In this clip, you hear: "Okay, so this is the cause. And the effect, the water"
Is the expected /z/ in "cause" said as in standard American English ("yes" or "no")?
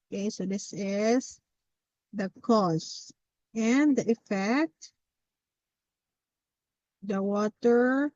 no